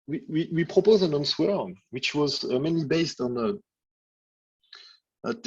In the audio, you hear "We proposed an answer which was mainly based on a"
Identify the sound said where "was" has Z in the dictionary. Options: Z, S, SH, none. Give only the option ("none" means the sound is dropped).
Z